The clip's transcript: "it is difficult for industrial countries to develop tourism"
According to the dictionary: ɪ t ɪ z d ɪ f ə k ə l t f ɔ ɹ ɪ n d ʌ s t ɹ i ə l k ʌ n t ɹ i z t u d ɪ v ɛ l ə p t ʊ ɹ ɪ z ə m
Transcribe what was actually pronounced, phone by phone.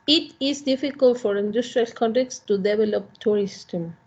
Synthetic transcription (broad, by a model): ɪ t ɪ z d ɪ f ə k ə l t f ɔ ɹ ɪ n d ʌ s t ɹ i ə l k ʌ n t i s t u d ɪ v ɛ l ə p t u ɹ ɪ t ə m